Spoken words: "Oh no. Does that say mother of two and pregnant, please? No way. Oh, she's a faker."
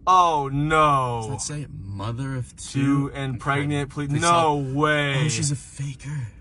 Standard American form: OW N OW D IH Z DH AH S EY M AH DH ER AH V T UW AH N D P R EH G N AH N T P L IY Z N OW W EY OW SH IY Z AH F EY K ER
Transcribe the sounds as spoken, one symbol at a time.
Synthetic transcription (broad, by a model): OW N OW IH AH S EY M AH DH ER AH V T UW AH N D P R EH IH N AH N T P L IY N OW W EY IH SH IY Z AH F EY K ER